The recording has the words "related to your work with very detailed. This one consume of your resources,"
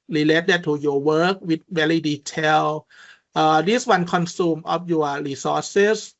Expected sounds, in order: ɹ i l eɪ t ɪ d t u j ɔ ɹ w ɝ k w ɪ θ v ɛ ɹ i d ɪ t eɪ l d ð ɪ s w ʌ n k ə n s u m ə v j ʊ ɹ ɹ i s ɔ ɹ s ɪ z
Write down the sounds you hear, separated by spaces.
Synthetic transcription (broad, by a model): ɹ i l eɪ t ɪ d t u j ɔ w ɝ k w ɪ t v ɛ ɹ i d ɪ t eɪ l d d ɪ s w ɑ n k ə n s u m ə p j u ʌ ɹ i s ɔ s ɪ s